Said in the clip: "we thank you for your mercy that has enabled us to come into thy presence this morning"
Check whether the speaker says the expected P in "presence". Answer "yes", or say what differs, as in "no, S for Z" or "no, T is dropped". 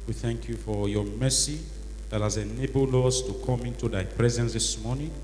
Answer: yes